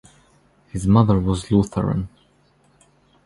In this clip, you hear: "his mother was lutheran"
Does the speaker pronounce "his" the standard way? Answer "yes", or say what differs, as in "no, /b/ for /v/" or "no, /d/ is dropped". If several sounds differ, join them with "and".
yes